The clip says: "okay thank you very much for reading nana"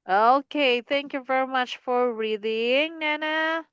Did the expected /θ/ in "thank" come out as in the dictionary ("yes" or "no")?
yes